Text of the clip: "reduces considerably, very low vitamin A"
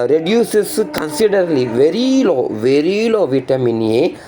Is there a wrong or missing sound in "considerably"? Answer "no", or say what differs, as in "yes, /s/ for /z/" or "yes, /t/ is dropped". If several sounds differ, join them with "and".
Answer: yes, /b/ is dropped